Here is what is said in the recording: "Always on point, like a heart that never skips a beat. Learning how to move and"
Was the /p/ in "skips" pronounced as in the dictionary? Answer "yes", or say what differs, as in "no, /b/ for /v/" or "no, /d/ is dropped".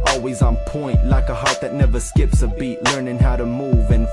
yes